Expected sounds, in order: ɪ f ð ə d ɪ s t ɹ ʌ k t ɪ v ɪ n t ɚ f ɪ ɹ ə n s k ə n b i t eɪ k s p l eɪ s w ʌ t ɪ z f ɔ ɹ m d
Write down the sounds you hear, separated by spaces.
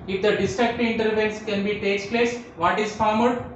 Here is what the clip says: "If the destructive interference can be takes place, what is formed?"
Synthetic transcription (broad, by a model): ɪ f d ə d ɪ s t ɹ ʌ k t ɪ ɪ n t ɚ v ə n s k ə n b i t eɪ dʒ p l eɪ s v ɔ t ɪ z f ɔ ɹ m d